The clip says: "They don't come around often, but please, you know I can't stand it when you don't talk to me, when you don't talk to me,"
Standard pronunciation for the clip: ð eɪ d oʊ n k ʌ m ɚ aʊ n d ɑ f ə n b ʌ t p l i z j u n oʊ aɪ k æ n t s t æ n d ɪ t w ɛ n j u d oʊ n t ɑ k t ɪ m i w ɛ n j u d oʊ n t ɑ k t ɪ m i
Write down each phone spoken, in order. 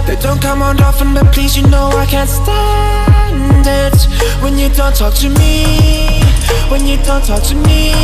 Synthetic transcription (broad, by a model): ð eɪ d oʊ n k ʌ m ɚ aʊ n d ɑ f ə n b ʌ t p l i z j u n oʊ aɪ k æ n t s t æ n d ɪ t w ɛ n j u d oʊ n t ɑ k t ɪ m i w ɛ n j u d oʊ n t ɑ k t ɪ m i